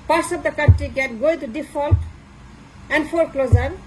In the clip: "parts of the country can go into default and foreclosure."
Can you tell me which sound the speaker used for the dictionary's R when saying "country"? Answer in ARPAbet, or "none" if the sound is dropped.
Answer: none